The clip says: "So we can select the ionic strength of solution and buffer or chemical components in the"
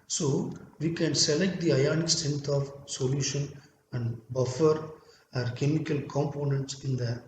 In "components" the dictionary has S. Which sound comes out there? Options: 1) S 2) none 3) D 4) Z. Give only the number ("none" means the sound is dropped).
1